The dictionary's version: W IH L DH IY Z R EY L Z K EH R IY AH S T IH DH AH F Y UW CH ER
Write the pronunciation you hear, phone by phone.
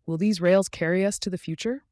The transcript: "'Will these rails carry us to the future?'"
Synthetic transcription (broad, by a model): W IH L DH IY Z R EY L Z K EH R IY AH S T IH DH AH F Y UW CH ER